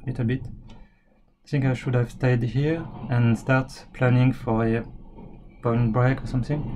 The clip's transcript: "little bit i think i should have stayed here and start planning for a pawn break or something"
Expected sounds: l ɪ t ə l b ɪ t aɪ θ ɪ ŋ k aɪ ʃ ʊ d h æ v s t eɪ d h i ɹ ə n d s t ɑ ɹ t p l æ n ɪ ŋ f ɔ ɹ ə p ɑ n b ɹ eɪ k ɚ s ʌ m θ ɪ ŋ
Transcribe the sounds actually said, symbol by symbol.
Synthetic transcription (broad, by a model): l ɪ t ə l b ɪ t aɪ θ ɪ ŋ k aɪ ʃ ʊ d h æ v s t eɪ d h i ɹ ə n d s t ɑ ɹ t p l æ n ɪ ŋ f ɔ ɹ ə b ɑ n b ɹ eɪ k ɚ s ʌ m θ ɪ ŋ